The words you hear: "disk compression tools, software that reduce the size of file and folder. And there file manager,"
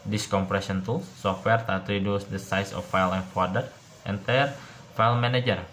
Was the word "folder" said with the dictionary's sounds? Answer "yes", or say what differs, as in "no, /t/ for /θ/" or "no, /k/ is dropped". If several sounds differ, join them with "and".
no, /l/ is dropped